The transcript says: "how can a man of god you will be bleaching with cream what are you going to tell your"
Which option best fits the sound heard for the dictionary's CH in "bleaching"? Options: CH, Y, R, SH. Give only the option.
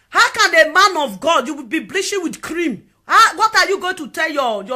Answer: SH